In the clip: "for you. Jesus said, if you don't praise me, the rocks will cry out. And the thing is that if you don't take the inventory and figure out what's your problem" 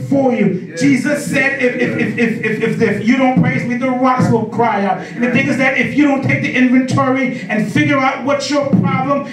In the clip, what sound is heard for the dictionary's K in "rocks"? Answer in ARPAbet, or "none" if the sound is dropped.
none